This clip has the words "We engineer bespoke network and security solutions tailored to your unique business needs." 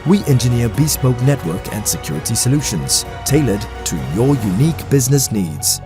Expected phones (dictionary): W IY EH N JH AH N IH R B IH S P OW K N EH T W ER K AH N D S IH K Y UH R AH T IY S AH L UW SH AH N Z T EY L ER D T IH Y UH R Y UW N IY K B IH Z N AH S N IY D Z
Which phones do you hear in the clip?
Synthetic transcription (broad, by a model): W IY EH N JH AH N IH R B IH S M OW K N EH T W ER K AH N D S IH K Y UH R AH T IY S AH L UW SH AH N Z T EY L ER D T IH Y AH R Y UW N IY K B IH Z N AH S N IY D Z